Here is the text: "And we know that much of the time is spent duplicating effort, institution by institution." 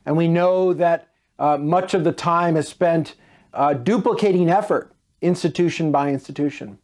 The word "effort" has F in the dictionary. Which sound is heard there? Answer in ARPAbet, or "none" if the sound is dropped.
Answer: F